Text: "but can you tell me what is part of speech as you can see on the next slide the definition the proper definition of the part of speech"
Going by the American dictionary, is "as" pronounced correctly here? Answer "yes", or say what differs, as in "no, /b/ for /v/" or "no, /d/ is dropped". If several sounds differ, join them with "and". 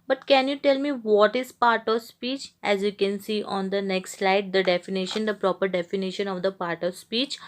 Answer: yes